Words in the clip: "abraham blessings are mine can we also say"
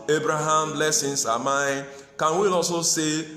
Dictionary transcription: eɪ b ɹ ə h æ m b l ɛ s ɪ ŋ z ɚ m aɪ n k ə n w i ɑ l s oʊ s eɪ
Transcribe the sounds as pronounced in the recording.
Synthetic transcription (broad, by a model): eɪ b ɹ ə h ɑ m l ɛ s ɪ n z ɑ m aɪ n k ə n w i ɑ s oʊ s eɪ